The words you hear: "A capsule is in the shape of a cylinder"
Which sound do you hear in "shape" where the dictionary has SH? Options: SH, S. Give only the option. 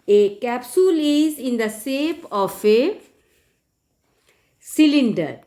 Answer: S